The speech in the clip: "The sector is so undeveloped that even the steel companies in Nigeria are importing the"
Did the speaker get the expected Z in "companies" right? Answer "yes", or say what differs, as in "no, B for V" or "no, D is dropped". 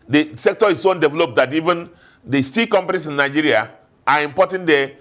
no, S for Z